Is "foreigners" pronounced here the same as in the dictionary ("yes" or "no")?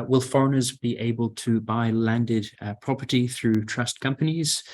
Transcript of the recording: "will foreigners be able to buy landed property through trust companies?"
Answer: yes